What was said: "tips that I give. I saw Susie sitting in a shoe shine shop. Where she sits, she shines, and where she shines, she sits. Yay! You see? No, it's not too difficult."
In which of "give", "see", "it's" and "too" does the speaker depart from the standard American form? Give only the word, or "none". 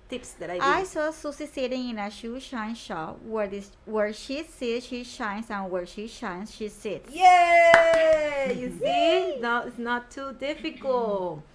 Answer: give